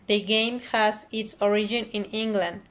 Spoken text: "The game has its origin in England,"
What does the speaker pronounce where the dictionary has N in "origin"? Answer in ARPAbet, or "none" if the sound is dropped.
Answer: N